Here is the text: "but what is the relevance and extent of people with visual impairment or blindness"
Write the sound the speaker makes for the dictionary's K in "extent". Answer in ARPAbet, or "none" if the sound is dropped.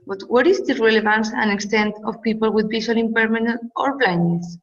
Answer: K